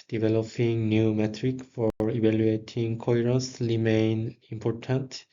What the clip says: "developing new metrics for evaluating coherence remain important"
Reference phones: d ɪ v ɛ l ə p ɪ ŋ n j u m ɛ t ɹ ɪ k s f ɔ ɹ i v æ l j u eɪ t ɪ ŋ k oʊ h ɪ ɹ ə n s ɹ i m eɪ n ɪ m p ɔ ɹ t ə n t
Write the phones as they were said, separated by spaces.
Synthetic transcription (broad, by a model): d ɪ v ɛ l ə p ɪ ŋ n j u m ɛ t ɹ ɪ k f ɔ ɹ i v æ l j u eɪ t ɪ ŋ k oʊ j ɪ ɹ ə s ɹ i m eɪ n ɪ m p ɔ ɹ t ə n t